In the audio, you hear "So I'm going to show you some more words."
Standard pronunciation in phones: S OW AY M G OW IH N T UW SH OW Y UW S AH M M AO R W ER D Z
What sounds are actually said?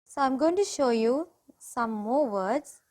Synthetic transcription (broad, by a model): S OW AY M G OW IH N T UW SH OW Y UW S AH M M AO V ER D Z